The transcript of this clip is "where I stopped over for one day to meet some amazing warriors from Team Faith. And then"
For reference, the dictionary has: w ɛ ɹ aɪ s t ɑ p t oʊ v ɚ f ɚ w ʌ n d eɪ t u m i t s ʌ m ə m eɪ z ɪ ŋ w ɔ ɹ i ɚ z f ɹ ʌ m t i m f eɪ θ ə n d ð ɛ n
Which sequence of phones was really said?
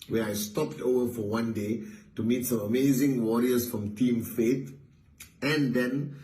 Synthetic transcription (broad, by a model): w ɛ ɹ aɪ s t ɑ p t oʊ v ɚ f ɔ w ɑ n d eɪ t u m i t s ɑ m ə m eɪ z ɪ ŋ w ɔ ɹ i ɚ s f ɹ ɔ m t i m f eɪ t ə n d ɛ n